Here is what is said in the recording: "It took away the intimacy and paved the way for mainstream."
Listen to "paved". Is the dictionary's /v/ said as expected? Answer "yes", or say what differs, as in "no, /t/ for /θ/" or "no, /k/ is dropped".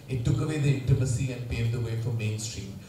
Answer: no, /v/ is dropped